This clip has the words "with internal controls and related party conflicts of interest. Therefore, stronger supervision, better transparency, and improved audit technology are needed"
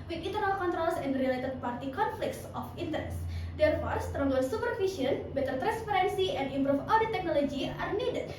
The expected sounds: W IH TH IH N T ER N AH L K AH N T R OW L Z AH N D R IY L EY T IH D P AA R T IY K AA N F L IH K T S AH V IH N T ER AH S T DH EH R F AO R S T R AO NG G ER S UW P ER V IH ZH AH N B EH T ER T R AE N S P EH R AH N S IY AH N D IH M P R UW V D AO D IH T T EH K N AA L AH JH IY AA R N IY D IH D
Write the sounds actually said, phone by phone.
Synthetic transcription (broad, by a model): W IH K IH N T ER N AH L K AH N T R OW L S AH N D R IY L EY T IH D P AA R T IY K AA N F L IH K T S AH F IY N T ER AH S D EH R F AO R S T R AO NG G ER S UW P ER F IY S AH N B EH T ER T R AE N S P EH R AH N S IY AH N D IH M P R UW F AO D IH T T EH K N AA L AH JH IY AA R N IY D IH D